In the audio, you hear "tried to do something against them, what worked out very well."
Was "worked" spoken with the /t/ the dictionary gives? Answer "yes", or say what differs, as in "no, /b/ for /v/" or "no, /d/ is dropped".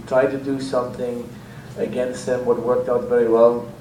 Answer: yes